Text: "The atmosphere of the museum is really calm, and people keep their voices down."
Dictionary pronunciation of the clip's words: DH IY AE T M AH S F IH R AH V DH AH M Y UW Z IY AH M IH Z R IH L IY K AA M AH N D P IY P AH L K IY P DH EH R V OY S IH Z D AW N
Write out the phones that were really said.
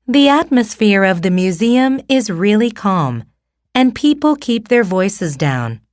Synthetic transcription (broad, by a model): DH IY AE T M AH S F IH R AH V DH AH M Y UW Z IY AH M IH Z R IH L IY K AA M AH N P IY P L K IY P DH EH R V OY S IH Z D AW N